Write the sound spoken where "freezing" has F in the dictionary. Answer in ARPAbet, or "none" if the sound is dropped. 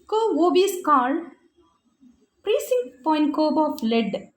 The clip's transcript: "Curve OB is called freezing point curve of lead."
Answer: P